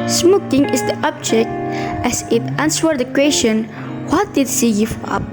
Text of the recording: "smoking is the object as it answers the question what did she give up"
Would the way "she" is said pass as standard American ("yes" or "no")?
no